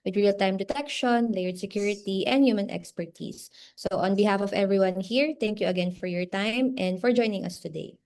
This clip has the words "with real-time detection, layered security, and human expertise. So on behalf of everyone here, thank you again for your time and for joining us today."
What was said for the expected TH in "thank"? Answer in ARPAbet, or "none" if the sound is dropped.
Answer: T